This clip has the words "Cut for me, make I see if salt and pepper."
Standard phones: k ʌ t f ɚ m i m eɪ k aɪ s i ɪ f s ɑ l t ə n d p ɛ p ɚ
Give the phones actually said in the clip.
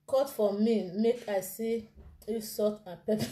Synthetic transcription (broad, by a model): k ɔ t f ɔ m i m eɪ k aɪ s i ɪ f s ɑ t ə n p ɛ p